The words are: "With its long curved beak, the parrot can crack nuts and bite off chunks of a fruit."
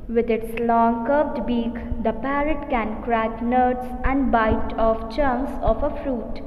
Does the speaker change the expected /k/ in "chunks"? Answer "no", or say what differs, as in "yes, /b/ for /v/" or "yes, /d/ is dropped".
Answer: yes, /k/ is dropped